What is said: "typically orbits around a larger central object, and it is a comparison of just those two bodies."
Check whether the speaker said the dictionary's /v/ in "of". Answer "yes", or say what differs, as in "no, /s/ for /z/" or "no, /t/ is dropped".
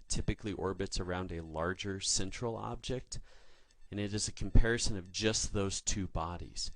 yes